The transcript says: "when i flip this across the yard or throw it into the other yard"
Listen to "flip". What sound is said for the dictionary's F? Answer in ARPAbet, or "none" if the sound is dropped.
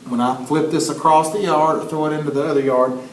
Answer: F